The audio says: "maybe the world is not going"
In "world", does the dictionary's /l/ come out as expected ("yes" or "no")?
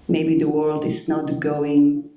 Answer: yes